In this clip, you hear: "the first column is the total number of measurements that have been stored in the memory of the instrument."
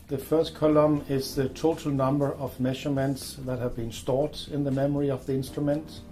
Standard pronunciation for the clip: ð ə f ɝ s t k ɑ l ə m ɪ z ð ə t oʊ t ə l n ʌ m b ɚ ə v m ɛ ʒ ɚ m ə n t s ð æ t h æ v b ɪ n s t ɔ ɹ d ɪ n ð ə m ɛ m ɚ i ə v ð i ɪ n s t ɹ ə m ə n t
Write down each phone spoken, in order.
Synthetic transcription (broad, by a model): ð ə f ɝ s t k ɑ l ə m ɪ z ð ə t oʊ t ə l n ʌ m b ɚ ə v m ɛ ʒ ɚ m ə n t s ð æ t h æ v b ɪ n s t ɔ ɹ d ɪ n ð ə m ɛ m ɚ i ə v ð i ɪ n s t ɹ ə m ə n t